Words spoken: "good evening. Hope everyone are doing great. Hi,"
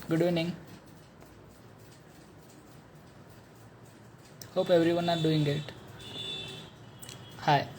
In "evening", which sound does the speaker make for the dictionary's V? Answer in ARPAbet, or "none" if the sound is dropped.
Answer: none